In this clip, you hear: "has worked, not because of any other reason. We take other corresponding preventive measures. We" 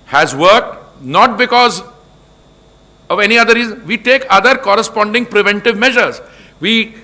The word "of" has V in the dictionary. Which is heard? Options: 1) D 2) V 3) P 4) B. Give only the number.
2